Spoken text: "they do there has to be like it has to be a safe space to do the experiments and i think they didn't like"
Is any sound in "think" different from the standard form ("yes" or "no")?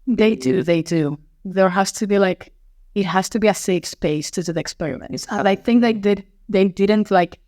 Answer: no